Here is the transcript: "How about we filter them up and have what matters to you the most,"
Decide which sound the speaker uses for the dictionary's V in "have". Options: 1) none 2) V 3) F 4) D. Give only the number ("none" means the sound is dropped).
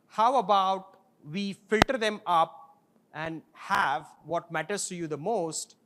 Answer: 2